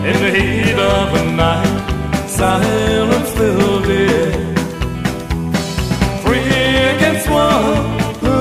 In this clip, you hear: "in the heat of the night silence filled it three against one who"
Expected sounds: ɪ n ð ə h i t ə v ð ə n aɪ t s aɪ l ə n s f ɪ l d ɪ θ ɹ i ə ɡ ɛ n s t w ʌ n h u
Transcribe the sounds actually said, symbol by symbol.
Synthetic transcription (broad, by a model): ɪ n ð ə h i t ə v ð ə n aɪ t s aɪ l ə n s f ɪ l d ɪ f ɹ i ə ɡ ɛ n s t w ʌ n